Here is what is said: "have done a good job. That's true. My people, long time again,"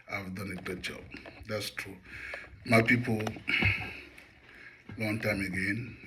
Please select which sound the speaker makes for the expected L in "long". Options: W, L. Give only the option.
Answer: W